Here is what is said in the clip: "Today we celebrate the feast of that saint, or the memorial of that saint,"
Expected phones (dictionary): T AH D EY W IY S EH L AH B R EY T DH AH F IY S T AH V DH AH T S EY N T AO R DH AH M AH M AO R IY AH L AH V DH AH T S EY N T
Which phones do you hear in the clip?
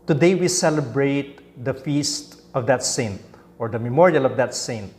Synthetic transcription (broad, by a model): T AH D EY W IY S EH L AH B R EY T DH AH F IY S T AH V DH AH T S EY N T AO R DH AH M AH M AO R IY AH L AH V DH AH T S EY N T